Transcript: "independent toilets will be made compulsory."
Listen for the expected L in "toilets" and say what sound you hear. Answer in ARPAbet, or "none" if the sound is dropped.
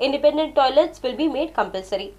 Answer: L